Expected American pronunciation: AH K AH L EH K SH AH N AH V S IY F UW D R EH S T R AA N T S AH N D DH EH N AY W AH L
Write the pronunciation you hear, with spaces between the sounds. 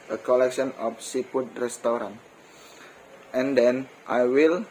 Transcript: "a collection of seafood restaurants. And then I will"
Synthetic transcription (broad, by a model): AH K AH L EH K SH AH N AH F S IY P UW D R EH S T R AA N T AH N D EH N AY W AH L